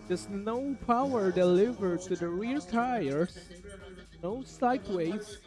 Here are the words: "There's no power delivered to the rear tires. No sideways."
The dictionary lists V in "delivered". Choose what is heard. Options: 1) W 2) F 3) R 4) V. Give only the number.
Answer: 4